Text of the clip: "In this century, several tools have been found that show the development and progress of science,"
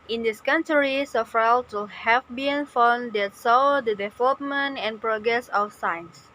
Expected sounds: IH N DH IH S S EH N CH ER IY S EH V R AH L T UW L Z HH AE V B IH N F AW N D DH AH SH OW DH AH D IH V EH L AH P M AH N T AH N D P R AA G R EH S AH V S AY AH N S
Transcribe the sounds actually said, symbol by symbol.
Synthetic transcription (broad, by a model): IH N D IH S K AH N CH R IY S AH F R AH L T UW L HH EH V B IH N F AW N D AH S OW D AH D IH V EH L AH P M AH N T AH N P R AA G R EH S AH F S AY N S